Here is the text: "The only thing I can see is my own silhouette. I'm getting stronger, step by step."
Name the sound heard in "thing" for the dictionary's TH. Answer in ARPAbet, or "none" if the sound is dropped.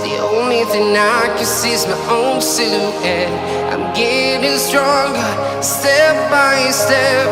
TH